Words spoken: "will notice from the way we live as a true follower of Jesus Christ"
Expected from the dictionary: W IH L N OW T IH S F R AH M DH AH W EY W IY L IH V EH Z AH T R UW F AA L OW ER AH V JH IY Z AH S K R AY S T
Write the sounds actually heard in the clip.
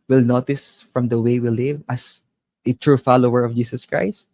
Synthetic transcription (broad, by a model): W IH L N OW T IH S F R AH M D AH W EY W IY L IH V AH S AH T R UW F AA L OW ER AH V JH IY S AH S K R AY S T